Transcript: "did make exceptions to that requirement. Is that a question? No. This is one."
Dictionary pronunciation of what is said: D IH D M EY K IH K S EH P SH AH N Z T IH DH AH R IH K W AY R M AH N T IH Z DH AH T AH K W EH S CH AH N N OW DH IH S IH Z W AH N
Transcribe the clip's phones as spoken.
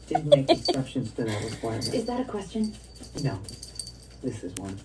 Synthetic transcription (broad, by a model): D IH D M EY K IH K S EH P SH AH N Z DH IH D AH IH W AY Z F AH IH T IH Z DH AH T AH K W EH S CH AH N N OW DH IH S IH Z W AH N